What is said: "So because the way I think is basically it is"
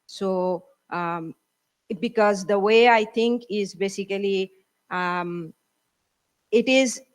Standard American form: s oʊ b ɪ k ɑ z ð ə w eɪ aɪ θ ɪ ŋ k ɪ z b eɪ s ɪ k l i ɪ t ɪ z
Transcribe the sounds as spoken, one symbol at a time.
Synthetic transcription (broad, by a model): s oʊ b ɪ k ɑ z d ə w eɪ aɪ t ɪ ŋ k ɪ z b eɪ s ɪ k l i ɪ t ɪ z